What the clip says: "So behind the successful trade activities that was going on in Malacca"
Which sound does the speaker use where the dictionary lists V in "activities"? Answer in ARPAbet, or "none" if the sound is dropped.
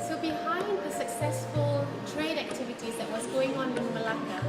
V